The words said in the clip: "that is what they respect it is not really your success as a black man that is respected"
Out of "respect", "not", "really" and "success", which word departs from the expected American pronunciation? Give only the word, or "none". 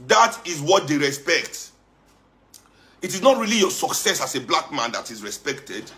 none